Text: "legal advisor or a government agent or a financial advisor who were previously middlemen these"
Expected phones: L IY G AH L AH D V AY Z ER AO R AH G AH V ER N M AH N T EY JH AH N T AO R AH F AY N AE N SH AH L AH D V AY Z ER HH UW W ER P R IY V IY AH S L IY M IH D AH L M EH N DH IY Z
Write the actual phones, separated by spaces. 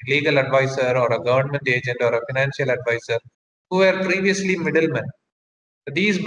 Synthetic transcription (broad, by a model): L IY G AH L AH D V AY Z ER AO R AH G AH V ER N M AH N T EY JH AH N T AO R AH F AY N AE N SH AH L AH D V AY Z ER HH UW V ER P R IY V IY AH S L IY M IH D AH L M EH N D IY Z